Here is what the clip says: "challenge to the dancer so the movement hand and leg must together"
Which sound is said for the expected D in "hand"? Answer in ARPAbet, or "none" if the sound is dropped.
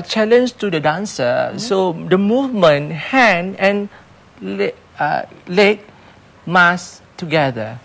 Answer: none